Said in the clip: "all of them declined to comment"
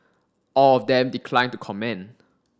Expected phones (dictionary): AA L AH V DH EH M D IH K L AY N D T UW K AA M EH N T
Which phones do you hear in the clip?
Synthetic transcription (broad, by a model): AA L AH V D EH M D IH K L AY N T UW K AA M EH N